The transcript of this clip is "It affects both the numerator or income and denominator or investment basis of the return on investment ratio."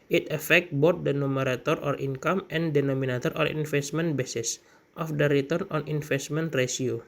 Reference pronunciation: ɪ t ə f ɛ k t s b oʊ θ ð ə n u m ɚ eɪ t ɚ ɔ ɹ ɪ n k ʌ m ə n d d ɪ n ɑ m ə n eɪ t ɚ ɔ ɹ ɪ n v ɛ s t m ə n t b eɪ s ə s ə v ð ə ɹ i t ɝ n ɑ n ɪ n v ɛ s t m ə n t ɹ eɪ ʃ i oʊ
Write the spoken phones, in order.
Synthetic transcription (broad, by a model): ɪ t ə f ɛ k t b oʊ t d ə n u m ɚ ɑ t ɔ ɔ ɹ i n k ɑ m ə n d d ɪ n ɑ m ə n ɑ t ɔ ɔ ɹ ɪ n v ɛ s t m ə n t b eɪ s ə s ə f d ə ɹ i t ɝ n ɑ n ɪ n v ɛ s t m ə n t ɹ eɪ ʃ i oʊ